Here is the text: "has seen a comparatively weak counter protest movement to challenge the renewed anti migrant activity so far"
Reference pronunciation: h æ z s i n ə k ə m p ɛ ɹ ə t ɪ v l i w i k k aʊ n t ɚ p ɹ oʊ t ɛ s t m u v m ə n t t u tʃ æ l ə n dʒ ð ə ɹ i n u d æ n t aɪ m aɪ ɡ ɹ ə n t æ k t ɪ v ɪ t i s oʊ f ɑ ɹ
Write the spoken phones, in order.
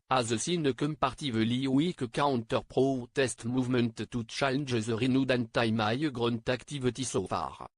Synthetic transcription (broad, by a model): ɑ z s i n ə k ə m p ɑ ɹ t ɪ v l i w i k k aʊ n t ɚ p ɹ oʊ t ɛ s t m u v m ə n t t u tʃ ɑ l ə n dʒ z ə ɹ i n u d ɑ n t aɪ m aɪ ɡ ɹ ə n t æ k t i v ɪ t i s oʊ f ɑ ɹ